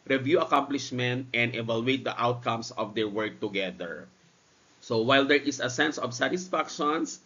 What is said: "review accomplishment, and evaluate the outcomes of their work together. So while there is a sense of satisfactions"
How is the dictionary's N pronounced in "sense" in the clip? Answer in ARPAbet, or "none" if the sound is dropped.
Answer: N